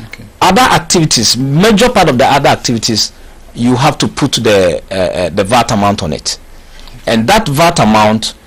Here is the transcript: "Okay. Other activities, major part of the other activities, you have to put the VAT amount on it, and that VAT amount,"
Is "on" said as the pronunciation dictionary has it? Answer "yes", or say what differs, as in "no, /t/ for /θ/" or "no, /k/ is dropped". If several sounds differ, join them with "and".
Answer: yes